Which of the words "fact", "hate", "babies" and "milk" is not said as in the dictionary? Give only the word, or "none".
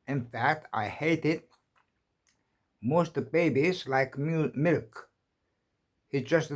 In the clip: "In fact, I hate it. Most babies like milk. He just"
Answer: none